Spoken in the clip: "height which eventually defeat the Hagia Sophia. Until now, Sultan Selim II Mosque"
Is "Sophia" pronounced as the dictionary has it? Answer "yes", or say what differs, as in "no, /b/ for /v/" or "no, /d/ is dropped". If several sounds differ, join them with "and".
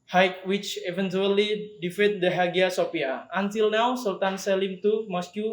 no, /p/ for /f/